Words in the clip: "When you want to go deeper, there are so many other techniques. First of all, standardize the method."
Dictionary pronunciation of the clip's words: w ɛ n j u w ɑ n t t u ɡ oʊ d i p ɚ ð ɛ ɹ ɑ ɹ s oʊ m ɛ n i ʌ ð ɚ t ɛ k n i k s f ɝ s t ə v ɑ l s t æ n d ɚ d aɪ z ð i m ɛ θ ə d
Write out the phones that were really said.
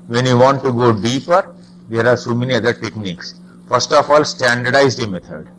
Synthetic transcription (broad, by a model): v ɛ n j u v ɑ n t t u ɡ oʊ d i p ɚ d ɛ ɹ ɑ ɹ s oʊ m ɛ n i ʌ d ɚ t ɛ k n i k s f ɝ s t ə f ɑ l s t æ n d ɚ d aɪ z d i m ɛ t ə d